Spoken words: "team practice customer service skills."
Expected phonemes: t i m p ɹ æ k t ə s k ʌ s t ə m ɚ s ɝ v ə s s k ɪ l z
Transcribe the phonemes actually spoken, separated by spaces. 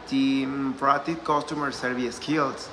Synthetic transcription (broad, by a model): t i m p ɹ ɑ t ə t k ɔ s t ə m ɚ s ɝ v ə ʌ s k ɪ l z